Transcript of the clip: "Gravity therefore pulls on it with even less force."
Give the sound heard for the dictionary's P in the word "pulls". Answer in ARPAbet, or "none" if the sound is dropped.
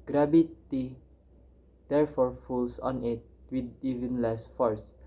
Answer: F